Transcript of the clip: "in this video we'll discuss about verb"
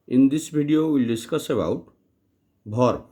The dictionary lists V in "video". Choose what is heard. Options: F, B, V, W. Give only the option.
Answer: B